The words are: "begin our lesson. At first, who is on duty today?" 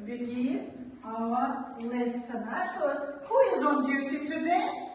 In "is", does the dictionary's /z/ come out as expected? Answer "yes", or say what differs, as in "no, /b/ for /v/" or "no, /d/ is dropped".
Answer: yes